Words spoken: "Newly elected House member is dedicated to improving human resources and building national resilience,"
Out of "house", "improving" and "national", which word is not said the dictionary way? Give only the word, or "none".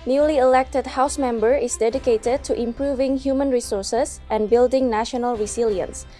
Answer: none